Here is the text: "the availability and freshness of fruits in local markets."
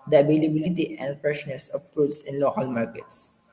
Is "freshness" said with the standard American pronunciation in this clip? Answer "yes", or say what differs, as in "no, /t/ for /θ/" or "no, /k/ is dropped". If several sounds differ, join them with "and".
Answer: no, /p/ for /f/